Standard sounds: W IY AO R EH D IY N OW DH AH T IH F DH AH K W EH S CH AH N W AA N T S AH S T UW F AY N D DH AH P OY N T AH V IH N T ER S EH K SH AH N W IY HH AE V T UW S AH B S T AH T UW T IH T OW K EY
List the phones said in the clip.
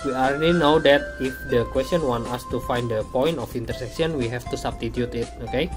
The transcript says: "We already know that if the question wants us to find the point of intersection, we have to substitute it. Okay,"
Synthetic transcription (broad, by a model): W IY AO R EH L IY N OW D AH T IH F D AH K W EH S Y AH N W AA N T AA S T UW F AY N D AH P OY N T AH F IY N T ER S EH K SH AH N W IY HH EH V T UW S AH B S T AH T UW T IH T OW K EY